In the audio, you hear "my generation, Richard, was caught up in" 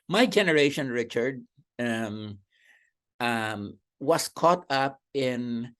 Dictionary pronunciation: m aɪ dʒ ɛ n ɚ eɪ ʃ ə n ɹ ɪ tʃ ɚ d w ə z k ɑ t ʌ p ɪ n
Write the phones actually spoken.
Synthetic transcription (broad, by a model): m aɪ dʒ ɛ n ɚ eɪ ʃ ə n ɹ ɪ tʃ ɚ d w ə s k ɑ t ʌ p ɪ n